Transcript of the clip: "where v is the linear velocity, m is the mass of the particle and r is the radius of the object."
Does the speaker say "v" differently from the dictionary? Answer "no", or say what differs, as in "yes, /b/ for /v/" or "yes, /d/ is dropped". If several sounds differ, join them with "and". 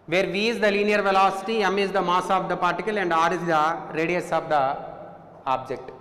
no